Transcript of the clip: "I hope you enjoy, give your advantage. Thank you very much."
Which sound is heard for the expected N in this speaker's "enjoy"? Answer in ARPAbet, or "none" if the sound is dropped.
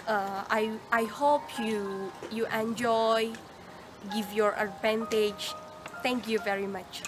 N